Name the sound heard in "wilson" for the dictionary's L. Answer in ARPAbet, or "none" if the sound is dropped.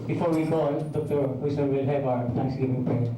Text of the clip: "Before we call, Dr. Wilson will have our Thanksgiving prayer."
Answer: none